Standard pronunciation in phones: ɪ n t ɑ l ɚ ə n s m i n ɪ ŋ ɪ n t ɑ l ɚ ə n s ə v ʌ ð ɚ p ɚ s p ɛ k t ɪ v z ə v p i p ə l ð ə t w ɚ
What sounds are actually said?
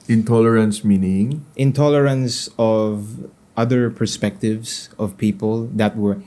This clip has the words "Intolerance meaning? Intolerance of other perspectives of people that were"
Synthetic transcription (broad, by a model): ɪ n t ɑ l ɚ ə n s m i n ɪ ŋ ɪ n t ɑ l ɚ ə n s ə v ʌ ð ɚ p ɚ s p ɛ k t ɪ v s ə v p i p ə l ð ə t w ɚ